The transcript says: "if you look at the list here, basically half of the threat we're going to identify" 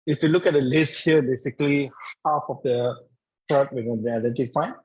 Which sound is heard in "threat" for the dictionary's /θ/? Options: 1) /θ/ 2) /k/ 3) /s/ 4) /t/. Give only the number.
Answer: 4